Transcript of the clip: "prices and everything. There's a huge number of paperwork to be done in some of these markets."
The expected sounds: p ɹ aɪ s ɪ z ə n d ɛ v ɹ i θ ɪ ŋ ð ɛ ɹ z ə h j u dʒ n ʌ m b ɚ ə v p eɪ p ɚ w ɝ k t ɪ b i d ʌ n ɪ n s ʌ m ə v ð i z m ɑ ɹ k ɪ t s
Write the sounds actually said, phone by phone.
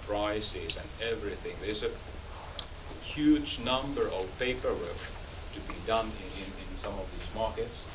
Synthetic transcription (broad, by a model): p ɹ aɪ s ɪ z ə n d ɛ v ɹ i θ ɪ ŋ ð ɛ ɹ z ə h j u dʒ n ʌ m b ɚ ə v p eɪ p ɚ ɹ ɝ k t ɪ b i d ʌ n ɪ n s ʌ m ə v ð i z m ɑ ɹ k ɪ t s